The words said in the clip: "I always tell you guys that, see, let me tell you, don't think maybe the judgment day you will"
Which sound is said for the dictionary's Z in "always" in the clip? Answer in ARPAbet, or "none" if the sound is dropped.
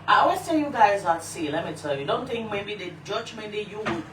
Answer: S